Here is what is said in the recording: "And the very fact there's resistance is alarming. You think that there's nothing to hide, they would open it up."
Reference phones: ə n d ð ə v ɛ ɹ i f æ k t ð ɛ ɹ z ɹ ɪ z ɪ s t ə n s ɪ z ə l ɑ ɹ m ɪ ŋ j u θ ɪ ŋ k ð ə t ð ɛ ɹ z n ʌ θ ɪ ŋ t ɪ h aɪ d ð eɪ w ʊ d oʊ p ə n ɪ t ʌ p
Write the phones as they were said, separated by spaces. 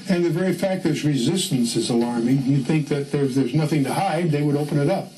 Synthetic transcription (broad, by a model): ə n ð ə v ɛ ɹ i f æ k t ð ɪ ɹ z ɹ ɪ z ɪ s t ə n s ɪ z ə l ɑ ɹ m ɪ ŋ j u θ ɪ ŋ k ð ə t ð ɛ ɹ z n ʌ θ ɪ ŋ t ɪ h aɪ d ð eɪ w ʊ d oʊ p ə n ɪ t ʌ p